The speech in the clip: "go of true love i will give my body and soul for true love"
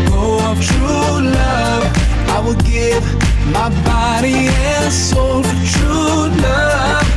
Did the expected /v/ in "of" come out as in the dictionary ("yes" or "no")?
no